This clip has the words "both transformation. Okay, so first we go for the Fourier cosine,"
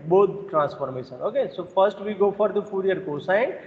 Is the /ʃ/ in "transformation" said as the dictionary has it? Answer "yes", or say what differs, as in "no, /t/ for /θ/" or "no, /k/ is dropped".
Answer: no, /s/ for /ʃ/